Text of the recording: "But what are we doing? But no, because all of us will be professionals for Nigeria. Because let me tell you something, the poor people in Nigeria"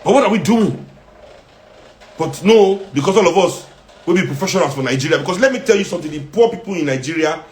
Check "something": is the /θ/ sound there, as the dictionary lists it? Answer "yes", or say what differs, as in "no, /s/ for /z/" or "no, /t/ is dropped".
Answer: no, /t/ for /θ/